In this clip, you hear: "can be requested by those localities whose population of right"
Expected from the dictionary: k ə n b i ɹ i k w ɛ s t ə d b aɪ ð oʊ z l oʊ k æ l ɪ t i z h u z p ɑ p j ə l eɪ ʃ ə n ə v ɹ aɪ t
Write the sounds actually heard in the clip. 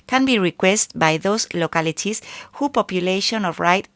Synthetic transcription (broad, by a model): k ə n b i ɹ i k w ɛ s t b aɪ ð oʊ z l oʊ k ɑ l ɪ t i s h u p ɑ p j ə l eɪ ʃ ə n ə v ɹ aɪ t